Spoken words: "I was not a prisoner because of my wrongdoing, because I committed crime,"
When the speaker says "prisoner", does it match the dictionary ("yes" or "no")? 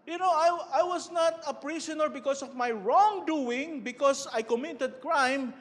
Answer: no